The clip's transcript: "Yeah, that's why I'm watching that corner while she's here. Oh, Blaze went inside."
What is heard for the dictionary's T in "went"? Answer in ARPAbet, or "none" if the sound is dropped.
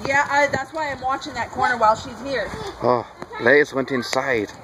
T